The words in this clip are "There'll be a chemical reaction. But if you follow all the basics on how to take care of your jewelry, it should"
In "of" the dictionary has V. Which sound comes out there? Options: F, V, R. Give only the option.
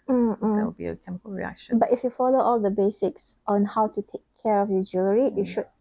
F